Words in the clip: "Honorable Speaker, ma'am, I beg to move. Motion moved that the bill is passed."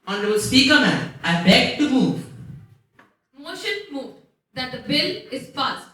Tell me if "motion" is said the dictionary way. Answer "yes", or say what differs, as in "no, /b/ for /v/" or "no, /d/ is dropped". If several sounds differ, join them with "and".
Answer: yes